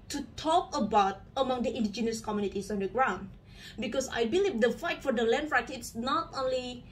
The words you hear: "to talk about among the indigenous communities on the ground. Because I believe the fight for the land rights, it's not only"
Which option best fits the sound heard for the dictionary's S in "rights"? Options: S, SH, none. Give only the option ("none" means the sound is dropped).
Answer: none